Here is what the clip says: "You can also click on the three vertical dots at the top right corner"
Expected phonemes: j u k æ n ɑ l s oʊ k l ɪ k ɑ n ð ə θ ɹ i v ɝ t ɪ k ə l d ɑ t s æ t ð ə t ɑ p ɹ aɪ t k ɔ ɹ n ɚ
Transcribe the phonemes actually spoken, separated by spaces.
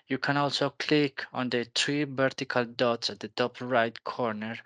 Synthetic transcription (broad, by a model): j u k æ n ɑ l s oʊ k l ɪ k ɑ n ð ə t ɹ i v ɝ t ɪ k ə l d ɑ t s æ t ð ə t ɑ p ɹ aɪ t k ɔ ɹ n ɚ